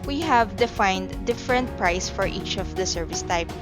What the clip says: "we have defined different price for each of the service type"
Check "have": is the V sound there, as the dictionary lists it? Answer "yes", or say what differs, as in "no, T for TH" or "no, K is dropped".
yes